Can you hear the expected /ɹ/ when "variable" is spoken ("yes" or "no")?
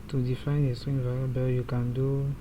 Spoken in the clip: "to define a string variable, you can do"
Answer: no